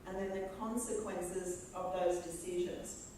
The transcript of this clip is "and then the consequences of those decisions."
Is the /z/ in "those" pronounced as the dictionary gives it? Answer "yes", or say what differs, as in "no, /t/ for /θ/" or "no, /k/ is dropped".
yes